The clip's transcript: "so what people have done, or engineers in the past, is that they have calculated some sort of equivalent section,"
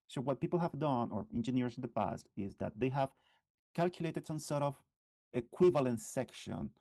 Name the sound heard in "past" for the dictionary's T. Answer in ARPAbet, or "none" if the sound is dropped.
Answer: T